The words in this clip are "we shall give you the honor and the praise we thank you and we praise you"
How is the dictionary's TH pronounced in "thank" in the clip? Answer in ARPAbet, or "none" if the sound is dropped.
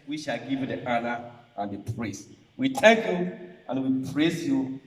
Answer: T